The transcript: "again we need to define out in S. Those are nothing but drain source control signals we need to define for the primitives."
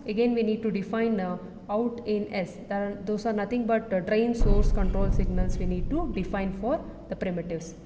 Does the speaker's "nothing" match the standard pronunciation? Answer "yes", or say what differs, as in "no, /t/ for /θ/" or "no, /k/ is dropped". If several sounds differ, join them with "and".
no, /t/ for /θ/